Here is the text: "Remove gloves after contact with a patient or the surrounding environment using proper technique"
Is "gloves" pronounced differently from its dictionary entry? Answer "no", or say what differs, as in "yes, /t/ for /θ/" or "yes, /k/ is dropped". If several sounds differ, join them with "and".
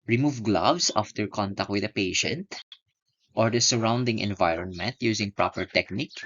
yes, /s/ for /z/